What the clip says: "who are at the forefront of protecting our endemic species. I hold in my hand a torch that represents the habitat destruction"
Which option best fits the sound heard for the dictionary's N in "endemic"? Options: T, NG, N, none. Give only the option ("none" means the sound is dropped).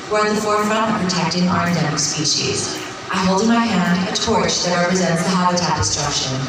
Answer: none